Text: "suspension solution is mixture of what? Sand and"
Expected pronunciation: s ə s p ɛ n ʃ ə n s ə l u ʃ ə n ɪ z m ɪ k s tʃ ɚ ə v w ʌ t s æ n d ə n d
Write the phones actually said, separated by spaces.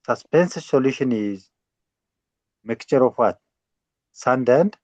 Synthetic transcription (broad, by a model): s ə s p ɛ n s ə s ə l u ʃ ə n ɪ z m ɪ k tʃ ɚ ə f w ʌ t s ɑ n d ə n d